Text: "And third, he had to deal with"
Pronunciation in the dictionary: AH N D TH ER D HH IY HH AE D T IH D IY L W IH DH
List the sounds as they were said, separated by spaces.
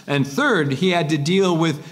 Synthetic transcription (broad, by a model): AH N TH ER D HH IY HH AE D T IH D IY L W IH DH